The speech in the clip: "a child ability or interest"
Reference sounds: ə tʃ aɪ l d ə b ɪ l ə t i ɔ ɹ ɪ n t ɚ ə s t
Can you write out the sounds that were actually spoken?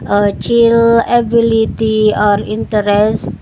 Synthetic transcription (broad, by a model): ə tʃ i l ə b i l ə t i ɔ ɹ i n t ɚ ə s